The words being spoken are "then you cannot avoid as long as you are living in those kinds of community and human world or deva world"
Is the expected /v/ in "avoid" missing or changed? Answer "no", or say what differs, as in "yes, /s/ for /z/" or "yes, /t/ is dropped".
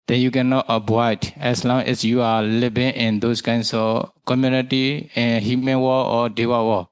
yes, /b/ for /v/